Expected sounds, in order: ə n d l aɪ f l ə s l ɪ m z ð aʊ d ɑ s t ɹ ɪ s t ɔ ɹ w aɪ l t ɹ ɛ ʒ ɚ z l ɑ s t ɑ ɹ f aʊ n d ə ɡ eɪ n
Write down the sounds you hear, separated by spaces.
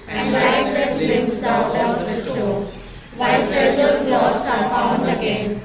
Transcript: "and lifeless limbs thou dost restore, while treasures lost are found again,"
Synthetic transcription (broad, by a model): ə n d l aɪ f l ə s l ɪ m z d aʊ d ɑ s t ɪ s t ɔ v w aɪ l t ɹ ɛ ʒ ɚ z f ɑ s ɑ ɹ f aʊ n d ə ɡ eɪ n